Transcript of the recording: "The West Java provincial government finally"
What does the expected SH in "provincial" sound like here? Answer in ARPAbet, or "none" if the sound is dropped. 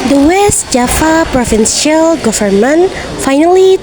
S